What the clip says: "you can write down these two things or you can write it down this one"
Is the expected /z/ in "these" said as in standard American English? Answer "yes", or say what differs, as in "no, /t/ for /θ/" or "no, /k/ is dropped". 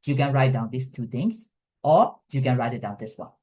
no, /s/ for /z/